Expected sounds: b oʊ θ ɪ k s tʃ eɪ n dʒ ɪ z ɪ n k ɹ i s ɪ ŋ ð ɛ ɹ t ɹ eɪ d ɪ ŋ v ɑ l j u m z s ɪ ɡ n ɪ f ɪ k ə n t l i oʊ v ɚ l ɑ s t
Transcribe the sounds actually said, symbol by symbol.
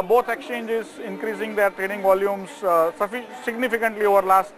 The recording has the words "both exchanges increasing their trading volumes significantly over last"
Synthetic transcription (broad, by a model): b oʊ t ɪ k s tʃ eɪ n dʒ ɪ z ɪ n k ɹ i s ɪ ŋ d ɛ ɹ t ɹ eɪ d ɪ ŋ v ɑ l j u m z s ɪ ɡ n ɪ f ɪ k ə n t l i oʊ v ɚ l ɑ s t